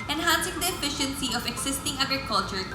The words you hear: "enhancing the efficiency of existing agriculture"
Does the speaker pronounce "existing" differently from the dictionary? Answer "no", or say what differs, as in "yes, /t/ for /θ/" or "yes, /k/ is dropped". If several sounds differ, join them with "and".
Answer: yes, /s/ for /z/